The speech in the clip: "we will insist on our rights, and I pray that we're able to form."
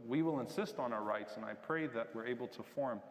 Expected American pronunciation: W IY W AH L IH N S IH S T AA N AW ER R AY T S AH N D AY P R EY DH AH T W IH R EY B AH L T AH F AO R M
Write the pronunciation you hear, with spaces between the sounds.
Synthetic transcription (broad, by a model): W IY W AH L IH N S IH S T N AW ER R AY T S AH N AY P R EY DH AH T W IH R EY B L T AH F AO R M